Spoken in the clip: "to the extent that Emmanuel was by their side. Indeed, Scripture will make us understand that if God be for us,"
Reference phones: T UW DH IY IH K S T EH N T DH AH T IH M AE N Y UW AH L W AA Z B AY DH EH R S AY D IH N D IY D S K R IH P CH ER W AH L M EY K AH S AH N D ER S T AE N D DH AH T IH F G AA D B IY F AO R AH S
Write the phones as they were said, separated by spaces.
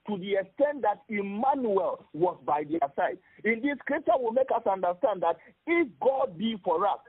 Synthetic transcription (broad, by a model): T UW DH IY IH K S T EH N T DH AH T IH M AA N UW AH L W AA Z B AY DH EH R S AY D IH N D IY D S K R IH P CH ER W AH L M EY K AH S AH N D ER S T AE N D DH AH T IH F G AA D B IY F AO R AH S